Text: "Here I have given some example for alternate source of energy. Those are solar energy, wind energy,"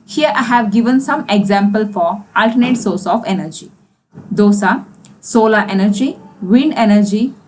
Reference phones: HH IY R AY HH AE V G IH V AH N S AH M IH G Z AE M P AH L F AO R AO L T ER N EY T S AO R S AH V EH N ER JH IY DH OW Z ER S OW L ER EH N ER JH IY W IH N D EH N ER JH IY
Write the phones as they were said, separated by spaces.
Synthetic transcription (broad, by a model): HH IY R AY HH AE V G IH V AH N S AH M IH G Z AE M P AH L F AO R AO L T ER N EY T S AO R S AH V EH N ER JH IY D OW S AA S OW L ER EH N ER JH IY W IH N D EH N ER JH IY